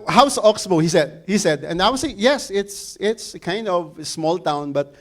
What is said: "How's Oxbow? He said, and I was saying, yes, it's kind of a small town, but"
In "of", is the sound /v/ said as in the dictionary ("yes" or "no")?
yes